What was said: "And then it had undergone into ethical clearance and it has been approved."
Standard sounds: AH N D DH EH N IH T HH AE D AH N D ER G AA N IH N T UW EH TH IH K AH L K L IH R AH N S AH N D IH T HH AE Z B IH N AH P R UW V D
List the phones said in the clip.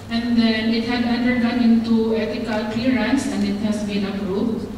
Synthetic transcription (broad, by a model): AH N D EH N IH T HH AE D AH N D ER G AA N IH N T UW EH T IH K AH L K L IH R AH N S AH N D IH T HH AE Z B IH N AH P R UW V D